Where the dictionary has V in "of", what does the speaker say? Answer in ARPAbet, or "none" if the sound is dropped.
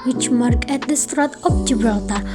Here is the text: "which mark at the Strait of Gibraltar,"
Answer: P